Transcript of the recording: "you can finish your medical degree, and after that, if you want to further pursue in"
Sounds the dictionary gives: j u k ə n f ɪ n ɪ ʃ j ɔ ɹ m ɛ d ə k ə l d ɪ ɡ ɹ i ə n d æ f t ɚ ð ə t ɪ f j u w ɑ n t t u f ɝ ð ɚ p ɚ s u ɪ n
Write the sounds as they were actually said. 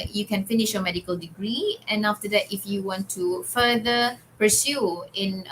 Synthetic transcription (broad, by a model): j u k ə n f ɪ n ɪ ʃ j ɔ m ɛ d ə k ə l d ɪ ɡ ɹ i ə n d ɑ f t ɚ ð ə t ɪ f j u w ɑ n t t u f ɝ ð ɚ p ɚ s u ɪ n